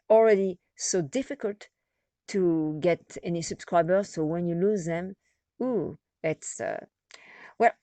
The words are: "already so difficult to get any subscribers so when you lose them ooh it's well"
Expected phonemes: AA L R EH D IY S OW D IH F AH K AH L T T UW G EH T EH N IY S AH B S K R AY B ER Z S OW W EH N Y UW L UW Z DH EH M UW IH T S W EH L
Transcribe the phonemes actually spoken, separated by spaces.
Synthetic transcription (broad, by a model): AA L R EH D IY S OW D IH F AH K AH L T T UW G EH T EH N IY S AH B S K R AY B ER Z S OW W EH N Y UW L UW Z DH EH M UW IH T S W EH L